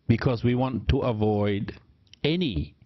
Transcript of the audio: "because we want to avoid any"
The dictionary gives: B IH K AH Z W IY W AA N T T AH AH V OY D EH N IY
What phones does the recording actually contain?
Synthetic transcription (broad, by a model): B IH K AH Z W IY W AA N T T AH AH V OY D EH N IY